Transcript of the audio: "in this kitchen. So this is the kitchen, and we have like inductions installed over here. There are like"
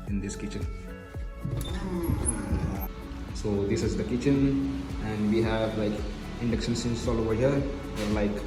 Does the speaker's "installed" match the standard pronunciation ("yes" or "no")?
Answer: no